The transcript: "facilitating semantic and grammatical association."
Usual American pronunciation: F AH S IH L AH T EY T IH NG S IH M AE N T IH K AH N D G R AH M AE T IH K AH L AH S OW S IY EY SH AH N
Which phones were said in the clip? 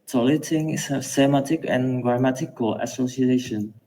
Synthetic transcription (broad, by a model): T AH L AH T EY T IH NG S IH M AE T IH K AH N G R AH M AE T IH K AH L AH S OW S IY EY SH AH N